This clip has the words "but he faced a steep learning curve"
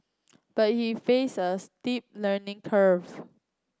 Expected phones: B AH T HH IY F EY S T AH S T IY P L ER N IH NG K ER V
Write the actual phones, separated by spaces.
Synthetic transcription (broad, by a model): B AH T HH IY F EY S AH S T IY P L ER N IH NG K ER V